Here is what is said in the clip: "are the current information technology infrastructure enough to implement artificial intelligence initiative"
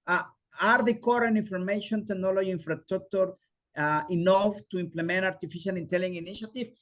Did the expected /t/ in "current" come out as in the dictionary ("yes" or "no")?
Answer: no